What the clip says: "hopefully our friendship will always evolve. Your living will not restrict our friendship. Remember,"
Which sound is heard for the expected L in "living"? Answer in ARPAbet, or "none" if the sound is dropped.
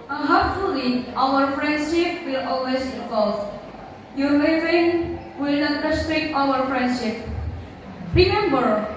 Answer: W